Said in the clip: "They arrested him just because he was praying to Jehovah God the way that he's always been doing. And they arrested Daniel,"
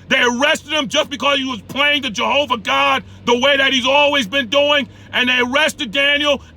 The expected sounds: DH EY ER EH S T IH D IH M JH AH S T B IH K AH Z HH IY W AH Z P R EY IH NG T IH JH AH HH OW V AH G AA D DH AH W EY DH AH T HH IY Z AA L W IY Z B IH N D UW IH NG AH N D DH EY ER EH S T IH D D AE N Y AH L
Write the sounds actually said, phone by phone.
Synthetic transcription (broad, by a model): DH EY ER EH S T IH D IH M JH AH S B IH K AH Z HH IY W AH Z P L EY IH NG T IH JH AH HH OW V AH G AA D DH AH W EY DH AH T HH IY Z AA L W IY Z B IH N D UW IH NG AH N DH EY ER EH S T IH D D AE N Y L